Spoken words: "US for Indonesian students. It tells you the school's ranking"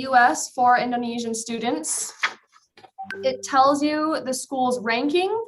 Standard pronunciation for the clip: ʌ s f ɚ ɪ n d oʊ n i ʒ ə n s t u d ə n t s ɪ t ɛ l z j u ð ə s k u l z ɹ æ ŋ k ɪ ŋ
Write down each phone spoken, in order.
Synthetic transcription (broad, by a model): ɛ s f ɚ ɪ n d oʊ n i ʒ ə n s t u d n t s ɪ t ɛ l z j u ð ə s k u l z ɹ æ ŋ k ɪ ŋ